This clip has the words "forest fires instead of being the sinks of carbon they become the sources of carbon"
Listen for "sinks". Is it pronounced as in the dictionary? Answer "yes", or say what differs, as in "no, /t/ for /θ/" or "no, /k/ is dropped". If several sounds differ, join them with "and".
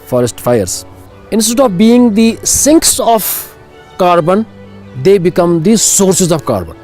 yes